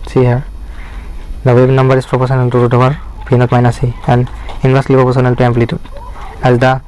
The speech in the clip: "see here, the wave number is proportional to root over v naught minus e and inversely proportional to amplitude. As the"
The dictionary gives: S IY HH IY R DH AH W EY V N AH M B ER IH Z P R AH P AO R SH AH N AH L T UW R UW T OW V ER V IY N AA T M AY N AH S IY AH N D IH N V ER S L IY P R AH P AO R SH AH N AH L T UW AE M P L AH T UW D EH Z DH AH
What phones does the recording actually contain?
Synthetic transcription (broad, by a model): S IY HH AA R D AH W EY B N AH M B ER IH S P R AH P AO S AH N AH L T UW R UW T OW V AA P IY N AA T M AY N AH S IY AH N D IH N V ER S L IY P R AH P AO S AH N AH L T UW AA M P L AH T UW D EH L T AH